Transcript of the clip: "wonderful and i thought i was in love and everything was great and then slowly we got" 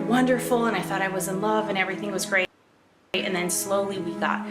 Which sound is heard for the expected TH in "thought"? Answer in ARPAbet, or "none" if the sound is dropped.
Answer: TH